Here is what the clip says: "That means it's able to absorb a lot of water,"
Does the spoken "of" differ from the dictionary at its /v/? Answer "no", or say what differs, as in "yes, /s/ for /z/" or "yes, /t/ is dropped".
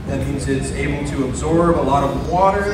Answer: no